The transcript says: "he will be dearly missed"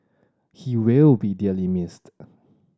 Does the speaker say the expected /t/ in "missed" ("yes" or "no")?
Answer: yes